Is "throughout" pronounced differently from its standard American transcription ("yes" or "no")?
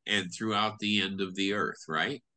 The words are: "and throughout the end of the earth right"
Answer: no